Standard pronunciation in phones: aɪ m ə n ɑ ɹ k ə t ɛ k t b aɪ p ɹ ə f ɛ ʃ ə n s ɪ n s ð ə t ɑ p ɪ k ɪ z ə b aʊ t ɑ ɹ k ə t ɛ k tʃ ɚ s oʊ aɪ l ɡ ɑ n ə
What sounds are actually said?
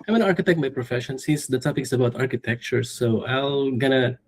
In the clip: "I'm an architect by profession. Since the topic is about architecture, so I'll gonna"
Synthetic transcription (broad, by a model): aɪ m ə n ɑ ɹ k ə t ɛ k t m aɪ p ɹ ə f ɛ ʃ ə n s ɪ s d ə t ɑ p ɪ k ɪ s ə b aʊ t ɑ ɹ k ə t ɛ k tʃ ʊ s oʊ aɪ l ɡ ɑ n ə